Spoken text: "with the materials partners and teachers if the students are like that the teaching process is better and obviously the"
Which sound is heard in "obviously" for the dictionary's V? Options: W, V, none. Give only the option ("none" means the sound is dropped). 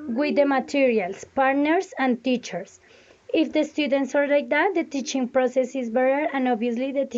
none